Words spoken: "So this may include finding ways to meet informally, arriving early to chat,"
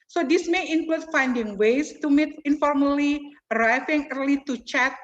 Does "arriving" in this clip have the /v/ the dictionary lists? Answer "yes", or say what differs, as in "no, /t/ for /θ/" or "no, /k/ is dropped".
no, /f/ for /v/